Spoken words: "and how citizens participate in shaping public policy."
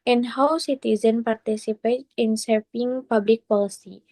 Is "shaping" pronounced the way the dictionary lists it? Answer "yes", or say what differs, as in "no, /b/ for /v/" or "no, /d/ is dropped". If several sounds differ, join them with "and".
no, /s/ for /ʃ/